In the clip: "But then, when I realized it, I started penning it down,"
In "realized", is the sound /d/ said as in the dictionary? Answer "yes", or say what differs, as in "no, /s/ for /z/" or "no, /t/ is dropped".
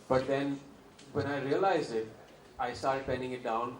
no, /d/ is dropped